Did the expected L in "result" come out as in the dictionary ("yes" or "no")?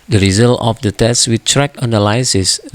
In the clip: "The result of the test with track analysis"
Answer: yes